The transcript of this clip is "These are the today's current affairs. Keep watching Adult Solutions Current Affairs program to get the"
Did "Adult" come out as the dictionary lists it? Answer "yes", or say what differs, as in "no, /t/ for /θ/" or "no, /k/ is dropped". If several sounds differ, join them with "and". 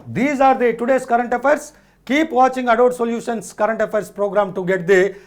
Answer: no, /l/ is dropped